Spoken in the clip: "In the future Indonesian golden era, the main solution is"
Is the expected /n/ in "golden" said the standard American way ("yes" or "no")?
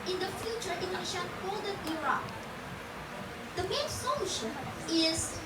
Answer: no